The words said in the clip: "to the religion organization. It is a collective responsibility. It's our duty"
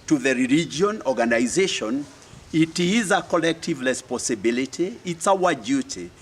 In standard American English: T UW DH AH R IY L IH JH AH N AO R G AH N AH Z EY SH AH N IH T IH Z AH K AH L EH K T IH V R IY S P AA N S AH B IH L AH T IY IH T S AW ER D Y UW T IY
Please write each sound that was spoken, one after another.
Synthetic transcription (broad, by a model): T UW DH AH R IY L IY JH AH N AO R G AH N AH Z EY SH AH N IH T IH Z AH K AH L EH K T IH V L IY S P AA S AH B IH L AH T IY IH T S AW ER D Y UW T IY